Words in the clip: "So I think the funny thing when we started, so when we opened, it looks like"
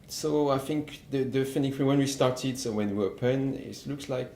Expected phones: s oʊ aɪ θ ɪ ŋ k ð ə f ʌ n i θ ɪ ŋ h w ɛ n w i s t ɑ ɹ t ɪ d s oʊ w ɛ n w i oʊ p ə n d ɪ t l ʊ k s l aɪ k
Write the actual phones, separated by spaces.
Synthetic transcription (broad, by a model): s oʊ aɪ θ ɪ ŋ k ð ə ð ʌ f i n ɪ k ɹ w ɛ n w i s t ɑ ɹ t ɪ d s oʊ w ɛ n w i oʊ p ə n ɪ t l ʊ k s l aɪ k